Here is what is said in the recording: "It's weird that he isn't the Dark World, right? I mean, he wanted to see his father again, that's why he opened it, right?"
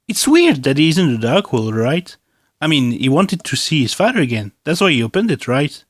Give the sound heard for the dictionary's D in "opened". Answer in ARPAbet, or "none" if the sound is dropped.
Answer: D